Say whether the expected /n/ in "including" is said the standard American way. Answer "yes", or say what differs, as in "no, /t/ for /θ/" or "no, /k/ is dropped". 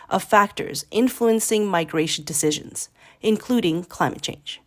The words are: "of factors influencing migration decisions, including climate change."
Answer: yes